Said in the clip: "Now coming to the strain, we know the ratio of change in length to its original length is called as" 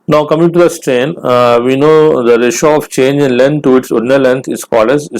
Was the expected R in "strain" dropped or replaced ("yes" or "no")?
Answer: no